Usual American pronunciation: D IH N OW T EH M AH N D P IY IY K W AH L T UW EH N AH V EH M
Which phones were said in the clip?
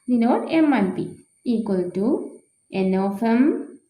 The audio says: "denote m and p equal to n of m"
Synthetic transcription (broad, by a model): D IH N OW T EH M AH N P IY IY K W AH L T UW EH N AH F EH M